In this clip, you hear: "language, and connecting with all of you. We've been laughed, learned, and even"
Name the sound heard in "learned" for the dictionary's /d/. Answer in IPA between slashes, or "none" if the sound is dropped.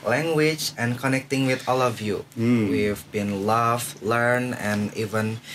none